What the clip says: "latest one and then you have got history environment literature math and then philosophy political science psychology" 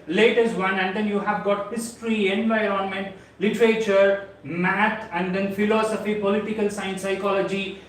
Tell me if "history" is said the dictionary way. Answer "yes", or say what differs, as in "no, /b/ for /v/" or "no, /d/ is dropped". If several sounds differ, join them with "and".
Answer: yes